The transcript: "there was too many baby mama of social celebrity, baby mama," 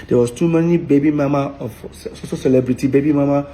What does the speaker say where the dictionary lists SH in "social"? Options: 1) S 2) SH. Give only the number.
1